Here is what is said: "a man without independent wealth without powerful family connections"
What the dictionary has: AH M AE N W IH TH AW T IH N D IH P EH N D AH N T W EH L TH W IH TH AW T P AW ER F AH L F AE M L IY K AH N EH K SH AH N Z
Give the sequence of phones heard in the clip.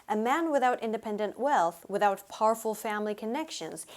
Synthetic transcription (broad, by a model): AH M AE N W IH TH AW T IH N D IH P EH N D AH N T W EH L TH W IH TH AW T P AW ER F L F AE M L IY K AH N EH K SH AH N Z